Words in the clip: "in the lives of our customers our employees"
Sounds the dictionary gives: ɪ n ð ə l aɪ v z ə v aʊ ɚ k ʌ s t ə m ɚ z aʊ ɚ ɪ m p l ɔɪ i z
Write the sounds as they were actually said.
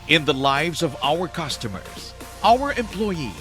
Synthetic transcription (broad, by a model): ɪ n ð ə l aɪ v z ə v aʊ ɚ k ʌ s t ə m ɚ z aʊ ɚ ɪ m p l ɔɪ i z